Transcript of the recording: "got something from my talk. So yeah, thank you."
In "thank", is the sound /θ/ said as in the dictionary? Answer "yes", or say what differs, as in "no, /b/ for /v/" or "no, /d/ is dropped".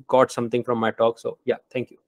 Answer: no, /t/ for /θ/